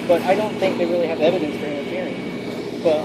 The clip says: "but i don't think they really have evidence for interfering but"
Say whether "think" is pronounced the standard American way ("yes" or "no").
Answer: yes